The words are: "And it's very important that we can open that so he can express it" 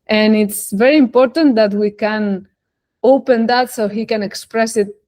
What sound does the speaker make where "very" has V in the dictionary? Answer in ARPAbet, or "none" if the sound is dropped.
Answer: V